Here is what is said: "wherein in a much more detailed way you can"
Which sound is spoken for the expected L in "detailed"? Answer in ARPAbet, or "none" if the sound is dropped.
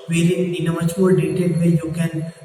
none